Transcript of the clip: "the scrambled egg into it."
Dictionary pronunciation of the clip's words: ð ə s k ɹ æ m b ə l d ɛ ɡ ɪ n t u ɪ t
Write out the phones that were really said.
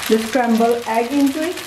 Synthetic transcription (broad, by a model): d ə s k ɹ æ m b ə l ɛ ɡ ɪ n t u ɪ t